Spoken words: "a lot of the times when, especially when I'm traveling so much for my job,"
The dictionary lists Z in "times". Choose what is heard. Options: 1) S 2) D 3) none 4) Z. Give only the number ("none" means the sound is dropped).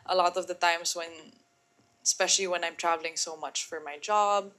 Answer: 1